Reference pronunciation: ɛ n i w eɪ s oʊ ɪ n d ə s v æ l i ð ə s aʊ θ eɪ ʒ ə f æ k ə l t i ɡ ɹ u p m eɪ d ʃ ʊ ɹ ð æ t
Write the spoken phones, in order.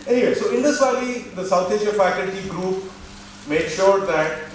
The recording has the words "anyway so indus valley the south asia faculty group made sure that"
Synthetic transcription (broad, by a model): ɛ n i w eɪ s oʊ ɪ n d ə s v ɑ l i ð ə s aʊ t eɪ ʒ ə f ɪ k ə n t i ɡ ɹ u p m eɪ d ʃ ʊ ɹ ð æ t